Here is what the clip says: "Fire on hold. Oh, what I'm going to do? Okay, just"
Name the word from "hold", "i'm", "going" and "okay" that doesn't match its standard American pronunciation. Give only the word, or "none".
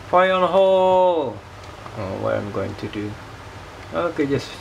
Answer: hold